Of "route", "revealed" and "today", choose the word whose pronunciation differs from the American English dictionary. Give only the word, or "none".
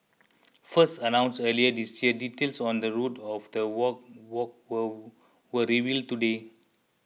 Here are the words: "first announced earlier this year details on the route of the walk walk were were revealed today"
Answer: none